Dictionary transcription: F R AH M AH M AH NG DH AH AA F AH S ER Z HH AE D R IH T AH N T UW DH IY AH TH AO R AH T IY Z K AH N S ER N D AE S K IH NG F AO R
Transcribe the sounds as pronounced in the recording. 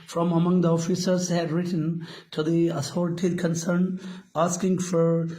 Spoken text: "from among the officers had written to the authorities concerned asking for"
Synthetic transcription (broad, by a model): F R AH M AH M AH NG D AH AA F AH S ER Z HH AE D R IH T AH N T UW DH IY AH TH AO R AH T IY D K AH N S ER N AE S K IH NG F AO R